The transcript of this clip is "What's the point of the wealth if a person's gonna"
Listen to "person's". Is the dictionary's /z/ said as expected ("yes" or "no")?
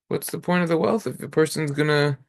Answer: yes